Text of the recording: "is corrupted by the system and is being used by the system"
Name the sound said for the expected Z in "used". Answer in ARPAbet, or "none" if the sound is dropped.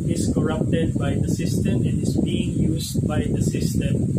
S